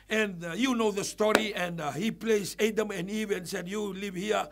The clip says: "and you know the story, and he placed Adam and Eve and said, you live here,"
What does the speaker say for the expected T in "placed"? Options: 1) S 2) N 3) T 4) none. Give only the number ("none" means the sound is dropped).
4